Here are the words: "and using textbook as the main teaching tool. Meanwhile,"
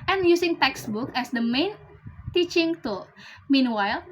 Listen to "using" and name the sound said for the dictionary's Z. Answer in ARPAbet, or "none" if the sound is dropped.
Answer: S